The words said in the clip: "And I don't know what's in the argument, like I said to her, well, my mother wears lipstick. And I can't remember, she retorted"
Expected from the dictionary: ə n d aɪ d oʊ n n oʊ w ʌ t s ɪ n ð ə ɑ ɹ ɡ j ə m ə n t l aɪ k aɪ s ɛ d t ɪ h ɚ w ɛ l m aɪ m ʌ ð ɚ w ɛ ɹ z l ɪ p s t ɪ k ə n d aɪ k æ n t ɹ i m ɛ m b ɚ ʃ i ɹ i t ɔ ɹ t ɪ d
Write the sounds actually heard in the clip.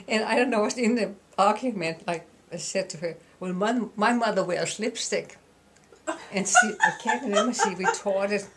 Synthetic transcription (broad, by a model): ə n aɪ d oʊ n n oʊ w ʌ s ɪ n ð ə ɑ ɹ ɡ j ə m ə n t l aɪ k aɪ s ɛ d t ɪ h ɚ w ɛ l m aɪ m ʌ ð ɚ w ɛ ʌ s l ɪ p s t ɪ k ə n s aɪ k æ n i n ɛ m ɚ s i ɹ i t ɔ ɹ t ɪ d